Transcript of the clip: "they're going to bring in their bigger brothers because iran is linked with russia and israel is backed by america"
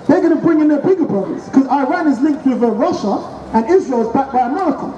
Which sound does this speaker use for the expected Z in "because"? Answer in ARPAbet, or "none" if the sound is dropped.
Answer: none